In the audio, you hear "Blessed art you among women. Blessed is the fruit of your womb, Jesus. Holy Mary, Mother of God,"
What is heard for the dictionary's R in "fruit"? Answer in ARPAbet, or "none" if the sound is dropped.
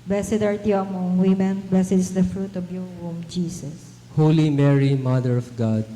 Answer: R